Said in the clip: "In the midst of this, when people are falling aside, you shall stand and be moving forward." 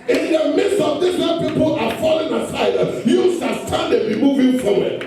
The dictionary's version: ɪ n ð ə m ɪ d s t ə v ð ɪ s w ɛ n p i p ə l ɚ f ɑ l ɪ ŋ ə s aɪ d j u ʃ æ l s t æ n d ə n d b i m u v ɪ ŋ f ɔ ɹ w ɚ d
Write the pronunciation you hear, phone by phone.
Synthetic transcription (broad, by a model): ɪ n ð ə m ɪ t s t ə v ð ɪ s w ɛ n p i p ə l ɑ f ɑ l ɪ ŋ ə s aɪ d j u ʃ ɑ s t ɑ n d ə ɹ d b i m u v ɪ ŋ f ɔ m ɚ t